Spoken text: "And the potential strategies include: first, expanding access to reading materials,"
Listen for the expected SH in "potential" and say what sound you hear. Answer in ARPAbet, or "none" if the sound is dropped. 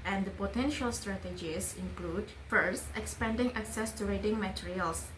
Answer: SH